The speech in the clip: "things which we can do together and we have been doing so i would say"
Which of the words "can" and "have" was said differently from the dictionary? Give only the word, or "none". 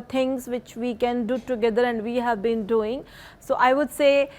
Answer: none